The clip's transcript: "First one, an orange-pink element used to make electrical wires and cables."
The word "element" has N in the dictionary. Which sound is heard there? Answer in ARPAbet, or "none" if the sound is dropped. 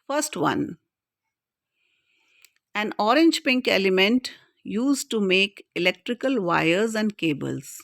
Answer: N